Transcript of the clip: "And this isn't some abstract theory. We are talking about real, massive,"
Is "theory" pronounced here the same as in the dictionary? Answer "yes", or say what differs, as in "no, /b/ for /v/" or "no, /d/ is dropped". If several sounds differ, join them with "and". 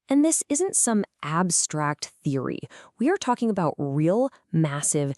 yes